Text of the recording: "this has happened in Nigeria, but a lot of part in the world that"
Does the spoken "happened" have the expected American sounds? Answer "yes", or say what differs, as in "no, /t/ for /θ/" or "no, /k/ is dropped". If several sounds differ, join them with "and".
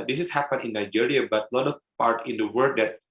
no, /d/ is dropped